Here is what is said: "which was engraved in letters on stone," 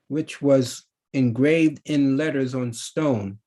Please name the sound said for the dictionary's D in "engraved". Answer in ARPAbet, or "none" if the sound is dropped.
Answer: D